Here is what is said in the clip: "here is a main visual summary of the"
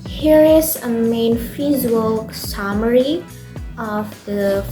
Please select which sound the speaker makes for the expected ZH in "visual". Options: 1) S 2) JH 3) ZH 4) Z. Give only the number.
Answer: 4